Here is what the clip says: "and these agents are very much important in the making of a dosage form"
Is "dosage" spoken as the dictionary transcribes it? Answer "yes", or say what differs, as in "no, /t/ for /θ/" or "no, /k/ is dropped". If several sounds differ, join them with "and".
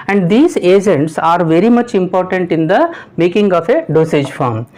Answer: yes